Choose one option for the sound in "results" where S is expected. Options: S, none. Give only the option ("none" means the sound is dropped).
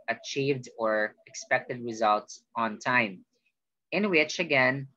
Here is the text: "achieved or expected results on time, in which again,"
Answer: S